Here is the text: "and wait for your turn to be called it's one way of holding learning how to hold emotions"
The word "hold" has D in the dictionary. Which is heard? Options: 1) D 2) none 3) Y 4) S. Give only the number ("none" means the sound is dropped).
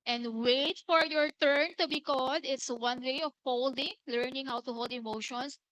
1